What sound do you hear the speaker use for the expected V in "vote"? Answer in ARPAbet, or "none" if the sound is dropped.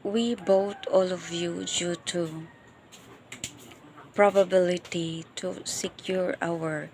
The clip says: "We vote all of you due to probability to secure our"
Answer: B